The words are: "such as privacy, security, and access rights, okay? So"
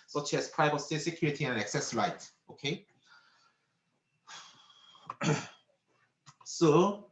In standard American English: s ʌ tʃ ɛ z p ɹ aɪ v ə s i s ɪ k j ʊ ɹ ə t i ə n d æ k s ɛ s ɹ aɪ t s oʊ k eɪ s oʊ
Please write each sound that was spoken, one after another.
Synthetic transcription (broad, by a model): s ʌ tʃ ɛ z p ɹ aɪ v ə s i s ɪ k j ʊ ɹ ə t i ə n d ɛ k s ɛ s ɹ aɪ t oʊ k eɪ s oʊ